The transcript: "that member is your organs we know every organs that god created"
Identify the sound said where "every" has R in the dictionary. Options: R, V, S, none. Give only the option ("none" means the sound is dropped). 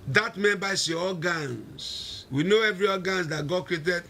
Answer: R